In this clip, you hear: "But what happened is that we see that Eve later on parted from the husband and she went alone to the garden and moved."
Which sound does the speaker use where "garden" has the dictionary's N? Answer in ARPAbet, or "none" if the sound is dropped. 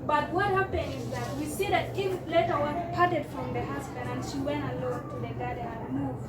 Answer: none